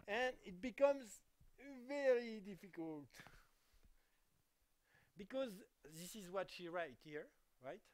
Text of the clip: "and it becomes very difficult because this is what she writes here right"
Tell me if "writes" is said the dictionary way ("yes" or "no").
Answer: no